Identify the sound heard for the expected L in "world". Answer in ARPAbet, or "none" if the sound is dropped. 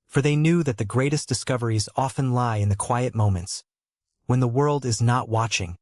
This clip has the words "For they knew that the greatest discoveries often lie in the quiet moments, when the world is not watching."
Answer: L